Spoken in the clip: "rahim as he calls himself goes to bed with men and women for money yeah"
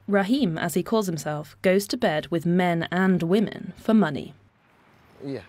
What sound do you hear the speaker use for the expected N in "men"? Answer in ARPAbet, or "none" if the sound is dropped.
N